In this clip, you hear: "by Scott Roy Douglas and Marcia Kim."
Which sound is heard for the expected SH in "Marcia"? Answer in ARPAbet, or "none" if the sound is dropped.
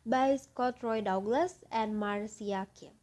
S